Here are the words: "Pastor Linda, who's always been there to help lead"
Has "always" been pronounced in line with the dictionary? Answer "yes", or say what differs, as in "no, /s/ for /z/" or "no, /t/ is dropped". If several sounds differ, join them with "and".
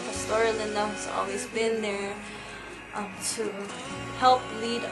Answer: yes